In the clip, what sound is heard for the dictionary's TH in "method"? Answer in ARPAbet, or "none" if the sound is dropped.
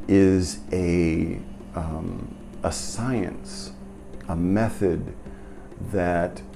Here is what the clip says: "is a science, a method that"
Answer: TH